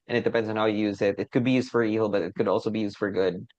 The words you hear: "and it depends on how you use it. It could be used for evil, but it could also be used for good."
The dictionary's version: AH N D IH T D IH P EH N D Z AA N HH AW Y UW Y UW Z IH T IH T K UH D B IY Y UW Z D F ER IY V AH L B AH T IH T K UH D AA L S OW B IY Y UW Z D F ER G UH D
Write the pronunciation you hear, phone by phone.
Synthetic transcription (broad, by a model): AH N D IH T D IH P EH N D Z N HH AW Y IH Y UW Z IH T IH T K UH D B IY Y UW Z D F ER IY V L B AH T IH T K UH D AA L S OW B IY Y UW Z D F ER G UH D